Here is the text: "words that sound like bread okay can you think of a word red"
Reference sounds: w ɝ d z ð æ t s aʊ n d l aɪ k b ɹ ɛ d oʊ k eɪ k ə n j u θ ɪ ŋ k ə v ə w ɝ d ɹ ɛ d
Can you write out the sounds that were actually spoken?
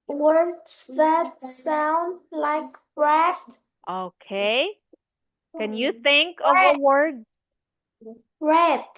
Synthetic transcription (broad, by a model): w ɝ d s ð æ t s aʊ n d l aɪ k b ɹ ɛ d oʊ k eɪ k ə n j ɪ θ ɪ ŋ k ə v ə w ɝ d ɹ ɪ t